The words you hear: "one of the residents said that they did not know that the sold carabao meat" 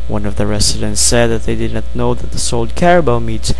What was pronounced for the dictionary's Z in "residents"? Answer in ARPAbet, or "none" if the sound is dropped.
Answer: S